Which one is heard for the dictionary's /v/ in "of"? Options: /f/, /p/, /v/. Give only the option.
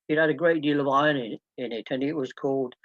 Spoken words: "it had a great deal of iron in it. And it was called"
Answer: /v/